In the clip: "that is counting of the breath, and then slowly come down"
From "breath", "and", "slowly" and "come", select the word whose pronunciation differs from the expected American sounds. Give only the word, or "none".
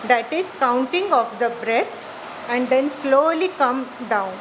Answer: breath